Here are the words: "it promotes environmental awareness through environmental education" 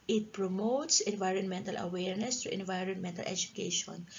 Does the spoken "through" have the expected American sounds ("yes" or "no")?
no